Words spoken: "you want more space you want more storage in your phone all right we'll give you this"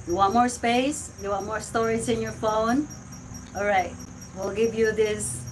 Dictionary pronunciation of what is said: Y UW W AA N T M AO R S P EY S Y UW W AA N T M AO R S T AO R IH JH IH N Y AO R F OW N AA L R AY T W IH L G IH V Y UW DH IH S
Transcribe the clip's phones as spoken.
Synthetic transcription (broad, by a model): Y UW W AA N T M AO R S P EY S Y UW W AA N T M AO R S T AO R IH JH IH N Y AO R F OW N AA L R AY T W IH L G IH V Y UW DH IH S